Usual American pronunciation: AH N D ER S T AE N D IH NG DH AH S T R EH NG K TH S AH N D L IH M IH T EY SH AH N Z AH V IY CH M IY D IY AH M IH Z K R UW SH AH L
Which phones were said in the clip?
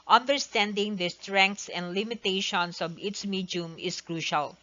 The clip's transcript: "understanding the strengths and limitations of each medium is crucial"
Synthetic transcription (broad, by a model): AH N D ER S T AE N D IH NG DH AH S T R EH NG K T S AH N D L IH M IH T EY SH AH N S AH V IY S M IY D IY M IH S K R UW SH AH L